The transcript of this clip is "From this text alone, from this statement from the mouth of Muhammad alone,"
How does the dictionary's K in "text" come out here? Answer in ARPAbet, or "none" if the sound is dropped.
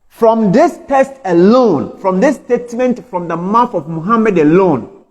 none